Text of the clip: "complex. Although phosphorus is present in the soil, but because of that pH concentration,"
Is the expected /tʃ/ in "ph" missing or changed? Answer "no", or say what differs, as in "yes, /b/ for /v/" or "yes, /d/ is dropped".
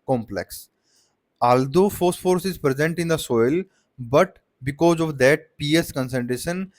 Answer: yes, /s/ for /tʃ/